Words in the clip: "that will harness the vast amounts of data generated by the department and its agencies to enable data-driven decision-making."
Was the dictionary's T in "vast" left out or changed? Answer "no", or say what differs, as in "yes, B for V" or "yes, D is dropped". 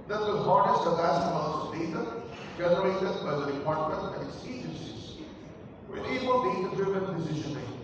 yes, T is dropped